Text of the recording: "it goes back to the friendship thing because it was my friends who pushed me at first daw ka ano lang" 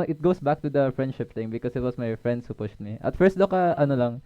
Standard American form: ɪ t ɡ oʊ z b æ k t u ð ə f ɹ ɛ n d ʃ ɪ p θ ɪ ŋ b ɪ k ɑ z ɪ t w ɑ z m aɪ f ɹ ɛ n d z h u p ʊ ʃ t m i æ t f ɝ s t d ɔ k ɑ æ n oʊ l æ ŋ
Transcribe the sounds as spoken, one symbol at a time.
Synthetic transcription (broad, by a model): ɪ t ɡ oʊ s b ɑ k t u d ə f ɹ ɛ n d ʃ ɪ p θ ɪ ŋ b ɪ k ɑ s ɪ t w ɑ s m aɪ f ɹ ɛ n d s h u p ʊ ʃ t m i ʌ t f ɝ s t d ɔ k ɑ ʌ n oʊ l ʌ ŋ